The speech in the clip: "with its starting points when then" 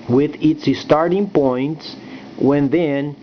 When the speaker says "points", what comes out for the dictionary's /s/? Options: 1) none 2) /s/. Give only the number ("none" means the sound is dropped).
2